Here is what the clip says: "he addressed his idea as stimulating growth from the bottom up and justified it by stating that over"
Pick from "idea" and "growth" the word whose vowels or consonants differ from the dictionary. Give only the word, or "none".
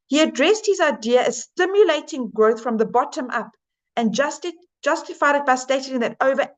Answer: none